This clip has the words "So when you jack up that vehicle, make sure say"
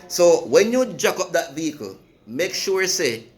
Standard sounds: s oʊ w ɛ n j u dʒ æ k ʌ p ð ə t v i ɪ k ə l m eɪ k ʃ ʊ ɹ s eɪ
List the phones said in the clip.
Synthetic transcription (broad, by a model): s oʊ w ɛ n j u dʒ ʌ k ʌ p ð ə t v i ɪ k ə l m eɪ k ʃ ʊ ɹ s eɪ